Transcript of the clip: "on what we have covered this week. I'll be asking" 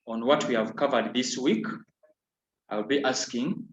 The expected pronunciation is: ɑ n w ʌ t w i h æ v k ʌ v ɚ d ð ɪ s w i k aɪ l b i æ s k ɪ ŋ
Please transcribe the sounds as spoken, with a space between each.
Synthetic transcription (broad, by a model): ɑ n w ʌ t w i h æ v k ʌ v ɚ d ð ɪ s w i k aɪ l b i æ s k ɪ ŋ